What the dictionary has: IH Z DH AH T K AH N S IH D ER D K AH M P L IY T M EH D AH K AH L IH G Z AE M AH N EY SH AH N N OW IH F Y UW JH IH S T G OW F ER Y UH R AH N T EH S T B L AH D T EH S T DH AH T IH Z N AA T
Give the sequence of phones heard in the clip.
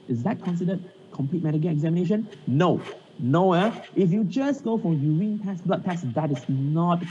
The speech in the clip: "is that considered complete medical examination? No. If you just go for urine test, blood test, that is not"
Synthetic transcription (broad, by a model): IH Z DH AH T K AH N S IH D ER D K AH M P L IY T M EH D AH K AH N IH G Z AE M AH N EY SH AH N N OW IH F Y UW JH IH S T G OW F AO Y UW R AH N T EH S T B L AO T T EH S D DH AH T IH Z N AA T